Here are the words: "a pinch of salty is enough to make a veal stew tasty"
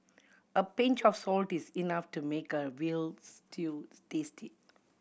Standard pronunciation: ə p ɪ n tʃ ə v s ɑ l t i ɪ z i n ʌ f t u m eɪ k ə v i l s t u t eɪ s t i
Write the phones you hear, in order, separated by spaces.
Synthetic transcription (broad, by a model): ə p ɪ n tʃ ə f s ɑ l t i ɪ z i n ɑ f t u m eɪ k ə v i l s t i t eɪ s t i